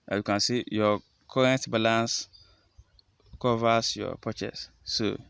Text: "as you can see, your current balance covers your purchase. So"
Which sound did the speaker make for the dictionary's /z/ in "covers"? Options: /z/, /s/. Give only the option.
/s/